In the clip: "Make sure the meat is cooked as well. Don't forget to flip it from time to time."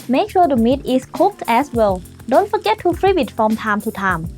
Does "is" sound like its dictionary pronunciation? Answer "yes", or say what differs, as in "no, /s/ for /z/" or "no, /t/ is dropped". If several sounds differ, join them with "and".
no, /s/ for /z/